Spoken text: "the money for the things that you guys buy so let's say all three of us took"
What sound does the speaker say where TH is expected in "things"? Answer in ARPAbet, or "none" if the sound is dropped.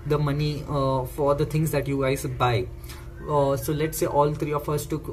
T